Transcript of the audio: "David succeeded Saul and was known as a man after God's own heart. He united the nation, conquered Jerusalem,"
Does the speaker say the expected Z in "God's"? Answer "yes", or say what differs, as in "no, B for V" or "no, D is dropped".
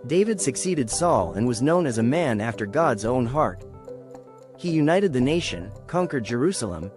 yes